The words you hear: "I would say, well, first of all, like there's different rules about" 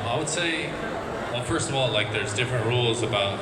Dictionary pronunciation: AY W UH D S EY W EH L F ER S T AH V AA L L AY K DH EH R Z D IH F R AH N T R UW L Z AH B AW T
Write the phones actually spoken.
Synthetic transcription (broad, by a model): AY W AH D S EY W EH L F ER S T AH V AA L L AY K DH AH R Z D IH F R AH N T R UW L Z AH B AW T